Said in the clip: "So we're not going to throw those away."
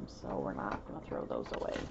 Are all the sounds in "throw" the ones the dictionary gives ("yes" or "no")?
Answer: yes